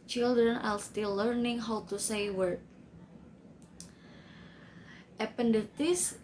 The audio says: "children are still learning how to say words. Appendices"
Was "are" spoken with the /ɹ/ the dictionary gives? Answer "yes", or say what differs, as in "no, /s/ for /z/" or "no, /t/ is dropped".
no, /l/ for /ɹ/